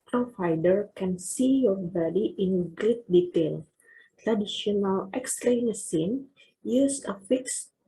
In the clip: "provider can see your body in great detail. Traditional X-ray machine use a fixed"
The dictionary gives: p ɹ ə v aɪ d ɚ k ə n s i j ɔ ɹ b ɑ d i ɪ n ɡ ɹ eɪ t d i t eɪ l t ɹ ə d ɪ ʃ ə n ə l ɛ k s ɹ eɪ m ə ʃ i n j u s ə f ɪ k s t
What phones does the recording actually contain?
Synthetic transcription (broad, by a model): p ɹ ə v aɪ d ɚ k ə n s i j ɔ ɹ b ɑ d i ɪ n ɡ ɹ eɪ t d i t eɪ l t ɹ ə d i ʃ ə n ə l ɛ k s l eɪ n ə s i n j u s ə f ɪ k s